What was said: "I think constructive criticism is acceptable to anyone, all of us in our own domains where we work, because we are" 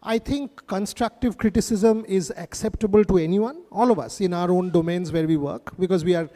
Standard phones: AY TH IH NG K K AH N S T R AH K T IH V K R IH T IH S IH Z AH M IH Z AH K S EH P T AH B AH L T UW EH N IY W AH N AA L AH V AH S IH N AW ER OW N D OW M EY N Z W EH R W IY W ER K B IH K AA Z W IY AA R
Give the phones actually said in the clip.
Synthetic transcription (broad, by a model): AY T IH NG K K AH N S T R AH K T IH V K R IH T IH S IH Z AH M IH Z AH K S EH P T AH B AH L T UW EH N IY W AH N AA L AH V AH S IH N AW ER OW N D OW M EY N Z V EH R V IY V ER K B IH K AA Z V IY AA R